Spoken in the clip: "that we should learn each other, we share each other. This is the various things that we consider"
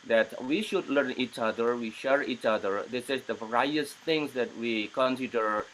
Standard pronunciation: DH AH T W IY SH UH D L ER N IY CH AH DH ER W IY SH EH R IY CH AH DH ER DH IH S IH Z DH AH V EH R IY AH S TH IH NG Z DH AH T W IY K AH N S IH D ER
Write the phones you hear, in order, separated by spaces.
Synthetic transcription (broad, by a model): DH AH T W IY SH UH D L ER N IY CH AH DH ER W IY SH EH R IY CH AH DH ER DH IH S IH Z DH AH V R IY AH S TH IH NG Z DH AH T W IY K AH N S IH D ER